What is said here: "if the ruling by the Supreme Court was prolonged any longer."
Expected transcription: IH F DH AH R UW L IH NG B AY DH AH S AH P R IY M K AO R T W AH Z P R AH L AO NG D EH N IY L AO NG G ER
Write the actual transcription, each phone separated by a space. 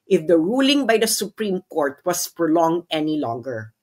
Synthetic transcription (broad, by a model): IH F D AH R UW L IH NG B AY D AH S AH P R IY M K AO R T W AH S P R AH L AO NG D EH N IY L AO NG G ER